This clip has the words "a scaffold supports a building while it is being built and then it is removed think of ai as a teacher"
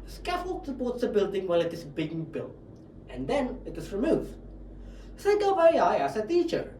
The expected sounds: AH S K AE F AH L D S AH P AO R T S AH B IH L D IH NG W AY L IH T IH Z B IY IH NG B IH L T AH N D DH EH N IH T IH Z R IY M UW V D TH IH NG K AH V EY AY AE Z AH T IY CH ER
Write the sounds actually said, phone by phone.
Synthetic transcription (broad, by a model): S K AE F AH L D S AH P AO T S AH B IH L D IH NG W AY L IH T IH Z B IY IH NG B IH L T AH N D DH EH N IH T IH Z R IY M UW V D S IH K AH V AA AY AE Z AH T IY CH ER